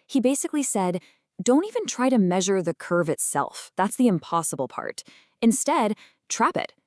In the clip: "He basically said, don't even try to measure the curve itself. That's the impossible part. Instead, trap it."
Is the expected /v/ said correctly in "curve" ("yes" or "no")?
yes